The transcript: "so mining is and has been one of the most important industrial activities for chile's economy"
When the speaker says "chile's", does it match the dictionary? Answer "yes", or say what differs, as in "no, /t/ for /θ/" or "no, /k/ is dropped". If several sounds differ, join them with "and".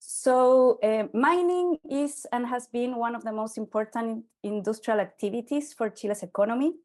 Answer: no, /s/ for /z/